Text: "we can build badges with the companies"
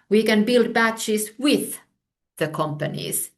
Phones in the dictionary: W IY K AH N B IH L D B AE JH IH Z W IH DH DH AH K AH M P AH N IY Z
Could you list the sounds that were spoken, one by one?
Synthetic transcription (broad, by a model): W IY K AH N B IH L D B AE CH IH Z W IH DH DH AH K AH M P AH N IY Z